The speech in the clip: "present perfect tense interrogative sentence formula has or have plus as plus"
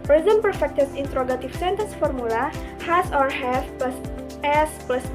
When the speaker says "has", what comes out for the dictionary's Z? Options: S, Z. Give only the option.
S